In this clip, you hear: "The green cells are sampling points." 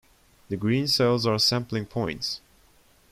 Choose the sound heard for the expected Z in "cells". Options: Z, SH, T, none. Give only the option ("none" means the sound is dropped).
Z